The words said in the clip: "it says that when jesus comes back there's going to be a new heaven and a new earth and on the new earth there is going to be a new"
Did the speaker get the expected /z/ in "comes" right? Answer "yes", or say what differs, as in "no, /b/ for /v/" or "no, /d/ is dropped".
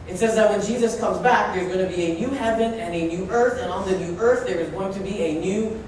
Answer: yes